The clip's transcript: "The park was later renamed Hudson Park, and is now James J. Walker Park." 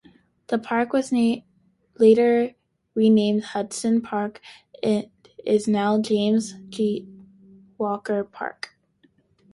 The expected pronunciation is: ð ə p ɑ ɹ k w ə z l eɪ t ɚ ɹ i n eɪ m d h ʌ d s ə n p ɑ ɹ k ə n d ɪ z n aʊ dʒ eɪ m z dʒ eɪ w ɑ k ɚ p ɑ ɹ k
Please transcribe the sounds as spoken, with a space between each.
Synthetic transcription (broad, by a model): ð ə p ɑ ɹ k w ə z l eɪ t ɚ ɹ i n eɪ m d h ʌ d s ə n p ɑ ɹ k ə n ɪ z n aʊ dʒ eɪ m z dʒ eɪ w ɑ k ɚ p ɑ ɹ k